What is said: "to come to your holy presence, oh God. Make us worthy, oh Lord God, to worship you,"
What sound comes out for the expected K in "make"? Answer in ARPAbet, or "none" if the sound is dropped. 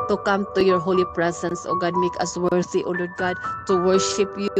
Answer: K